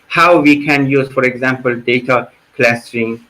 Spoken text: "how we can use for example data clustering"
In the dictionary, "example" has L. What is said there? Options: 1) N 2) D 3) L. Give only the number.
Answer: 3